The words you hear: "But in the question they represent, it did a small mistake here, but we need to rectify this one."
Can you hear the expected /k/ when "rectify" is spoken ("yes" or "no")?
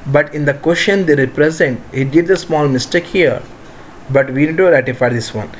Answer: no